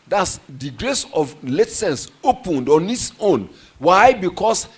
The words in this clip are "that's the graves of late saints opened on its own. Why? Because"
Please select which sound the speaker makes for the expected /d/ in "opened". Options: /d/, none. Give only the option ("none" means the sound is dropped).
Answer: /d/